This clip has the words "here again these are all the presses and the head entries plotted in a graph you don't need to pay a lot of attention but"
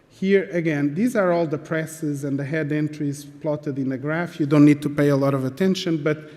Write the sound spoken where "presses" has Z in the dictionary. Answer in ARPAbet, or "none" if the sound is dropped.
Z